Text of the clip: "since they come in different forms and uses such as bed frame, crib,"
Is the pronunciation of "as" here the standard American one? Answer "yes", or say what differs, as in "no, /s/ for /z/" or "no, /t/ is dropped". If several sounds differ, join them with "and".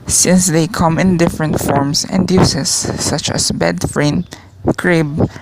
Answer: no, /s/ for /z/